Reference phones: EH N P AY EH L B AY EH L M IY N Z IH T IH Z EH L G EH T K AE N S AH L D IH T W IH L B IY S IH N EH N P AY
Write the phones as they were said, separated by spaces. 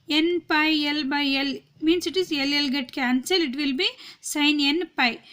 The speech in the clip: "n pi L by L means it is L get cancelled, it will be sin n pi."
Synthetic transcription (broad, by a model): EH N P AY EH L B AY EH L M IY N S IH T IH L EH L G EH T K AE N S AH L IH T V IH L B IY S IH N EH N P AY